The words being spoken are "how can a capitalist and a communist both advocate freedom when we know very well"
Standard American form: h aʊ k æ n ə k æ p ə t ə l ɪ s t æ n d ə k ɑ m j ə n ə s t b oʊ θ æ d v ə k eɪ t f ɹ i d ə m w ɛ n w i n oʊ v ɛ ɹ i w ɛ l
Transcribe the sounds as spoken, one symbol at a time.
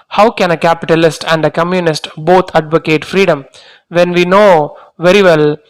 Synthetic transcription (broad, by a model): h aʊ k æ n ə k æ p ə t ə l ɪ s t æ n d ə k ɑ m j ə n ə s t b oʊ t æ d v ə k eɪ t f ɹ i d ə m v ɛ n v i n oʊ v ɛ ɹ i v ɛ l